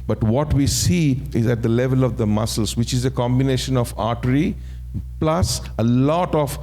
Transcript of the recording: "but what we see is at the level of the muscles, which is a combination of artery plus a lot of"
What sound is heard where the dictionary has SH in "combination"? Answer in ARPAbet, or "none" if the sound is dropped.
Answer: SH